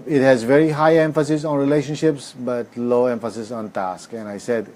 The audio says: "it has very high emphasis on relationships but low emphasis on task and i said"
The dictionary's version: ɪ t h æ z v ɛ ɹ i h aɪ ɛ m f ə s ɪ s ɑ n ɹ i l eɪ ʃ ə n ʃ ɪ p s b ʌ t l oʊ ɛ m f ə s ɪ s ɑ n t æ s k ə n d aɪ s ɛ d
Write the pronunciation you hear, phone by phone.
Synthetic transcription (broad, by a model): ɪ t h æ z v ɛ ɹ i h aɪ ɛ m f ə s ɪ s ɑ n ɹ i l eɪ ʃ ə n ʃ ɪ p s b ʌ t l oʊ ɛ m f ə s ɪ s ɑ n t æ s k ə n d aɪ s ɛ d